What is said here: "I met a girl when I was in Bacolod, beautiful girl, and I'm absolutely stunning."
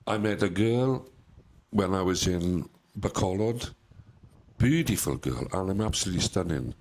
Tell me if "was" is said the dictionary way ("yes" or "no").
yes